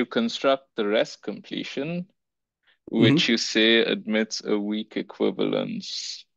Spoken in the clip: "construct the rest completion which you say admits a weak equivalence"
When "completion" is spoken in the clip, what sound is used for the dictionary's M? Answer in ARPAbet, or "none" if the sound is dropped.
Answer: M